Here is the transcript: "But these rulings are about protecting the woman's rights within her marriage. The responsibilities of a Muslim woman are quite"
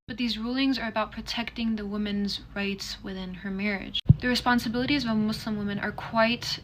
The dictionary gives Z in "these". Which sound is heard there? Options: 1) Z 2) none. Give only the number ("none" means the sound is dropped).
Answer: 1